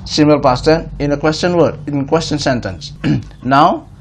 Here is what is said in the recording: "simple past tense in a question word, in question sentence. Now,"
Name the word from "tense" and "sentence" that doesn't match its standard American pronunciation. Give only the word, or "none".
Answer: tense